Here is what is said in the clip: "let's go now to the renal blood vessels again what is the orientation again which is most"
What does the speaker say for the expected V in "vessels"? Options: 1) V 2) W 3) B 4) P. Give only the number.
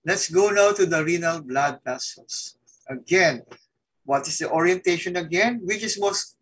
4